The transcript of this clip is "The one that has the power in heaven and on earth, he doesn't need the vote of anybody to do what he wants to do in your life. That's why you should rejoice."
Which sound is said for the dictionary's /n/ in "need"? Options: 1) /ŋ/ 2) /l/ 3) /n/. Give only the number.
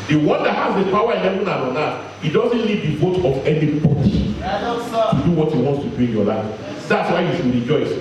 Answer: 2